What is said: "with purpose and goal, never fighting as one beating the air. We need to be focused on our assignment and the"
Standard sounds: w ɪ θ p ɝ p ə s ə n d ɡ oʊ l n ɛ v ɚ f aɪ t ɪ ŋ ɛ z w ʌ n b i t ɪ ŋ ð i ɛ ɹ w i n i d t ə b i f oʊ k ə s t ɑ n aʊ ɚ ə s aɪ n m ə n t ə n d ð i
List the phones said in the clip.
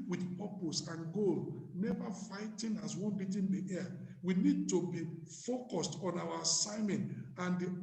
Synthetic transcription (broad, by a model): w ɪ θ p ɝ p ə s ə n ɡ oʊ l n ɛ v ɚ f aɪ t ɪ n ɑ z w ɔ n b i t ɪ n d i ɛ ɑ w i n i d t ə b i f oʊ k ə s t ɑ n aʊ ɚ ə s aɪ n m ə n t ə n d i